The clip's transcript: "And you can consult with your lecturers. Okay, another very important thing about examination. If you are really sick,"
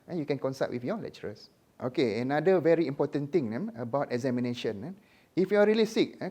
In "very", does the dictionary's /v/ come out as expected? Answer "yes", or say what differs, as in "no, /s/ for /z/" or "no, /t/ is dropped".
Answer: yes